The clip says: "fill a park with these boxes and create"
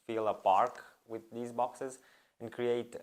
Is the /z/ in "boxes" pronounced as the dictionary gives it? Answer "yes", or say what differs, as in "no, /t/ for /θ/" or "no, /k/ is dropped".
yes